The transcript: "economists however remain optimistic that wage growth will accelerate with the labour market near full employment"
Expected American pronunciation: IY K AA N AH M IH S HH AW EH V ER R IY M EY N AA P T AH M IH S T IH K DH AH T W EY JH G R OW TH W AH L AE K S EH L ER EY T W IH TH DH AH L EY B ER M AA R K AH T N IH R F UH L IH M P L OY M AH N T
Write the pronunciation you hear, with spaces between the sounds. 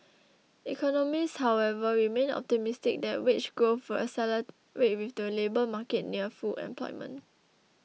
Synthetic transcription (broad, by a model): IY K AA N AH M IH S HH AW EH V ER R IY M EY N AA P T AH M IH S T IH K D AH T W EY CH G OW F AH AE S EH L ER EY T W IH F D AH L EY B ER M AA K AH T N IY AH F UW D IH M P L OY M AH N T